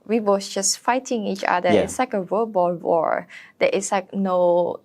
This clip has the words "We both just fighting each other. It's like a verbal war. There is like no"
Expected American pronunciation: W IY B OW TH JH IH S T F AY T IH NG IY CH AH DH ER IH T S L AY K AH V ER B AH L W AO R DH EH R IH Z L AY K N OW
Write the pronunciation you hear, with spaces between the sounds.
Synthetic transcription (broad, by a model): W IY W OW S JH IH S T F AY T IH NG IY CH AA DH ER IH T S L AY K AH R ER B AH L W AO R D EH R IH S L AY K N OW